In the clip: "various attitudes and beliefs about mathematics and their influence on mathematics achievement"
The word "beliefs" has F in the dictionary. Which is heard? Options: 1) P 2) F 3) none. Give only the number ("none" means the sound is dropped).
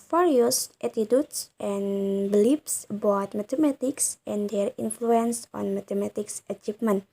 1